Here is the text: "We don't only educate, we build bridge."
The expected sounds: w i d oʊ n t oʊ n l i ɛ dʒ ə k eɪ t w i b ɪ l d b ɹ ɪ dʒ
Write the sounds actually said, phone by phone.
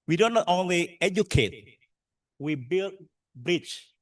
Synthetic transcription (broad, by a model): w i d oʊ n t oʊ n l i ɛ dʒ ə k eɪ t w i b ɪ l d b ɹ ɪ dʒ